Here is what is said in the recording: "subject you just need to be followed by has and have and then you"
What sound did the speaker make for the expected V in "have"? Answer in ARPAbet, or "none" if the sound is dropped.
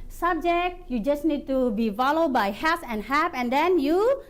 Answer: P